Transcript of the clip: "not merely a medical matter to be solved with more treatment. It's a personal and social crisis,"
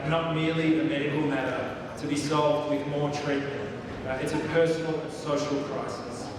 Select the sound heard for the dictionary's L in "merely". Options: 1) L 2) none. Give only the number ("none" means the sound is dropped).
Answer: 1